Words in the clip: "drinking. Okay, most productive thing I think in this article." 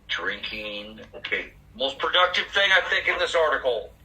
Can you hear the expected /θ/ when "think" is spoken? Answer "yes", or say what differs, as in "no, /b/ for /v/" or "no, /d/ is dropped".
yes